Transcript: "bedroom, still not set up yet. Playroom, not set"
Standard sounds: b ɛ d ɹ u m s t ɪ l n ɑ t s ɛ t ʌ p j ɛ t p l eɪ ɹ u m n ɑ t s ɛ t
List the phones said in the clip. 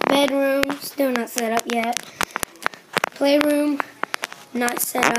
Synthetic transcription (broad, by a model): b ɛ d ɹ u m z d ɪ n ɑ t s ɛ t ʌ p j ɛ t p l eɪ ɹ u m n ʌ t s ɛ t